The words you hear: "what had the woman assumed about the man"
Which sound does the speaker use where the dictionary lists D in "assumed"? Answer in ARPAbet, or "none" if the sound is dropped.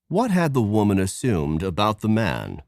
D